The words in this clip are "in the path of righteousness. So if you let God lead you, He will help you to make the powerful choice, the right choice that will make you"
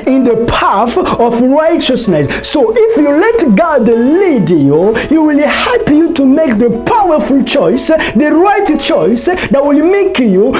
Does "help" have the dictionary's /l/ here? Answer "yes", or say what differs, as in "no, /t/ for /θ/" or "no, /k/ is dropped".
no, /l/ is dropped